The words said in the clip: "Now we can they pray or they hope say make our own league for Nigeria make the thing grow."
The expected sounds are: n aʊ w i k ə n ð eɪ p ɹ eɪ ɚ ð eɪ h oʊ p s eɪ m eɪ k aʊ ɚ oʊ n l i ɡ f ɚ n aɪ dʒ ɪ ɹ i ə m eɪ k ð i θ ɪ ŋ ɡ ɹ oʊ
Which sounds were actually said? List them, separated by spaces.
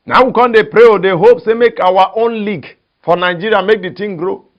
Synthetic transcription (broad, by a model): n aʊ w i k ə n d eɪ p ɹ eɪ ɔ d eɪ h oʊ p s eɪ m eɪ k aʊ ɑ oʊ n l i ɡ f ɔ n aɪ dʒ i ɹ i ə m eɪ k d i t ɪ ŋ ɡ ɹ oʊ